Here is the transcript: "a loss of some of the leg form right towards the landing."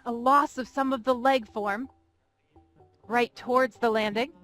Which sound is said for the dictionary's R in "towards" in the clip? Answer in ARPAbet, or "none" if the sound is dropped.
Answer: R